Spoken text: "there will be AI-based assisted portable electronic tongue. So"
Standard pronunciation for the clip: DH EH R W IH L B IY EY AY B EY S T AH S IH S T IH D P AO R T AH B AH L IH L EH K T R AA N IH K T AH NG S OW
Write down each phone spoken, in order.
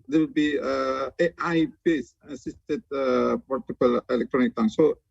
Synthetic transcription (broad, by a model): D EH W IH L B IY EY AY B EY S AH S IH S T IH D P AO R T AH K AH L IH L EH K T R AA N IH K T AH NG S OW